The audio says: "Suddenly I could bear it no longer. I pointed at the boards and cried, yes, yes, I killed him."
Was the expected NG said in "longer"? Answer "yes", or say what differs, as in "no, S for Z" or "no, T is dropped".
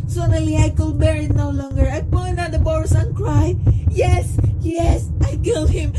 yes